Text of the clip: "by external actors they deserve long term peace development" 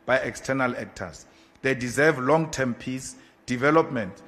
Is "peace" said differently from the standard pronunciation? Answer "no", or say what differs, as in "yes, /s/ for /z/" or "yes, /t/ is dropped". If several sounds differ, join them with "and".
no